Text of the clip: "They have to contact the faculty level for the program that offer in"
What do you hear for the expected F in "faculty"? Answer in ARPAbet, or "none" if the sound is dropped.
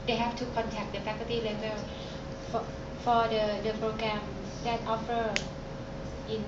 P